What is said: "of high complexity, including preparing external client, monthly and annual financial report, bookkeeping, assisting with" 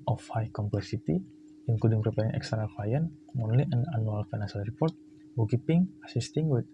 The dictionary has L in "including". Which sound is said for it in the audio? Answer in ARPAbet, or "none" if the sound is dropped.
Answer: none